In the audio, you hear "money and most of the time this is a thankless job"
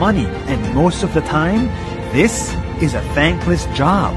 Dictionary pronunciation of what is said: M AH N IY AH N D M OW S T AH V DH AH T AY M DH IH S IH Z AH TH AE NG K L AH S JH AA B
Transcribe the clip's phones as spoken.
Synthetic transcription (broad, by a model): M AH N IY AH N M OW S T AH V DH AH T AY M DH IH S IH Z AH TH AE NG K L AH S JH AA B